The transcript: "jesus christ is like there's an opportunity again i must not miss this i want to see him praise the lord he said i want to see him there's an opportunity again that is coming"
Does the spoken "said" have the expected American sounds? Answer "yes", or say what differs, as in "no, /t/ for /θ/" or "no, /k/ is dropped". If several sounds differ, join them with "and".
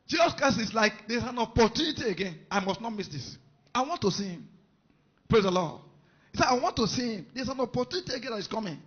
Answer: no, /d/ is dropped